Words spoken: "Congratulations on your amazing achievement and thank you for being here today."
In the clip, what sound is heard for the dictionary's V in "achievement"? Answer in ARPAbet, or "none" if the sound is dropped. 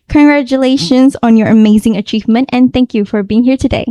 V